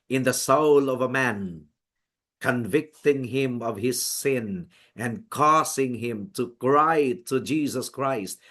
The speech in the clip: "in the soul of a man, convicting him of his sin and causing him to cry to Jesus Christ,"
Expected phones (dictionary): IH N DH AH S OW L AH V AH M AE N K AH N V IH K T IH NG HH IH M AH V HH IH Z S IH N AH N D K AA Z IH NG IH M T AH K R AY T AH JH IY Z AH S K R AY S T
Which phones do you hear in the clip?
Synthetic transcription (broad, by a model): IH N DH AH S OW L AH V AH M AE N K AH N V IH K T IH NG HH IH M AH V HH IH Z S IH N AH N K AA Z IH NG IH M T AH K R AY T AH JH IY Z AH S K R AY S T